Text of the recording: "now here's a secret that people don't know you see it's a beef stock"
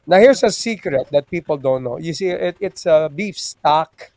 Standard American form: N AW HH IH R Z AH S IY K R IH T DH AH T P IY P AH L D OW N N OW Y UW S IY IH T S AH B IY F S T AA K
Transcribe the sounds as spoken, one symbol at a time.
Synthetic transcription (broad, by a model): N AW HH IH R S AH S IY K R IH T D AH T P IY P AH L D OW N N OW Y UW S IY IH T S AH B IY F S T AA K